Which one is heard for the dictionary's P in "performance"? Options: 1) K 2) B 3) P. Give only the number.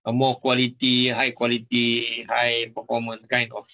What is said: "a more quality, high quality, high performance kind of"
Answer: 2